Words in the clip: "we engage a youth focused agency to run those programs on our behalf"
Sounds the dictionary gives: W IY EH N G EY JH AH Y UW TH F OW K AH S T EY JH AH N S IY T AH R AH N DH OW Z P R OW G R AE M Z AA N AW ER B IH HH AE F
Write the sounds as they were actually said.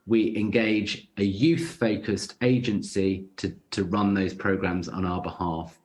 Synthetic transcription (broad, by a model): W IY EH N G EY JH AH Y UW TH F OW K AH S T EY JH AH N S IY T AH R AH N DH OW Z P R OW G R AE M Z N AW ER B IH HH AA F